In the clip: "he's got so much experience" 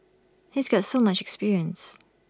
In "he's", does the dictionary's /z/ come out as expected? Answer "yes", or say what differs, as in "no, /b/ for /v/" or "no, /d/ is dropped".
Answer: yes